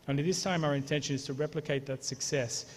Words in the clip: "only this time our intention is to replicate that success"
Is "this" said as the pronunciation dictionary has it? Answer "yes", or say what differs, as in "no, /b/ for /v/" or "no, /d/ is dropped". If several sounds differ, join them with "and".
yes